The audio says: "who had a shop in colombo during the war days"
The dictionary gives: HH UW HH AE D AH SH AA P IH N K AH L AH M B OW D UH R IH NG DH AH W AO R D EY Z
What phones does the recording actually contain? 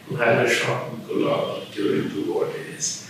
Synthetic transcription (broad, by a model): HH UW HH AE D AH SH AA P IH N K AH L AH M OW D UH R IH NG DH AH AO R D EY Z